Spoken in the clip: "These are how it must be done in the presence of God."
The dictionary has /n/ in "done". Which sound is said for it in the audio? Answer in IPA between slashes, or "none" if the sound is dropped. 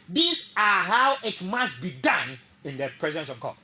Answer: /n/